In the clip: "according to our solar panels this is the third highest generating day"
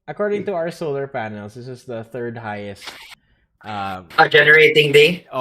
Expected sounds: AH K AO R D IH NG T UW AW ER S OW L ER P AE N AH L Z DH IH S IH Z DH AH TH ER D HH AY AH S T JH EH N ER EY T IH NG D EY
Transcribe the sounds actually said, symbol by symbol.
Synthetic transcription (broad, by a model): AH K AO R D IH NG T UW AW ER S OW L ER P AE N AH L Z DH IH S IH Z DH AH TH ER D HH AY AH S T JH EH N ER EY T IH NG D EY